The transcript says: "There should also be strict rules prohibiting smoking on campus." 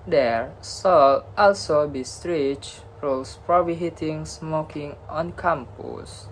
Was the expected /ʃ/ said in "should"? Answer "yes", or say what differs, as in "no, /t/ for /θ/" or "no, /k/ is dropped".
no, /s/ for /ʃ/